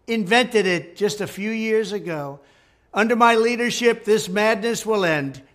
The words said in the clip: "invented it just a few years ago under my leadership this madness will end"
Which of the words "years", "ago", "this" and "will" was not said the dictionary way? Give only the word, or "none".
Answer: none